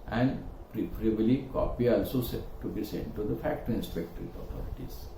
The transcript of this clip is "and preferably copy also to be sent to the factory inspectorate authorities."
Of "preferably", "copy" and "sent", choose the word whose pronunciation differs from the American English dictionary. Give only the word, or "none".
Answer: preferably